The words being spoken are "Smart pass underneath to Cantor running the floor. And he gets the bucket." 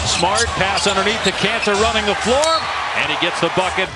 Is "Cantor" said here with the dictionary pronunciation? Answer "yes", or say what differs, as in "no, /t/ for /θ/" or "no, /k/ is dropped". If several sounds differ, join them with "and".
no, /s/ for /t/